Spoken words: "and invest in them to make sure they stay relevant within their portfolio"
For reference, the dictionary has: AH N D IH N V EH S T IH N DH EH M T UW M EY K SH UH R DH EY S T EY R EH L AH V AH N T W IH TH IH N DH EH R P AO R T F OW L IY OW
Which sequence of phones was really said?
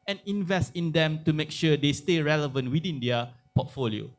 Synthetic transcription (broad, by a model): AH N IH N V EH S T IH N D EH M T UW M EY K SH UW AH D EY S T EY R EH L AH V AH N T W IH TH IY N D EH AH P AO T F OW L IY OW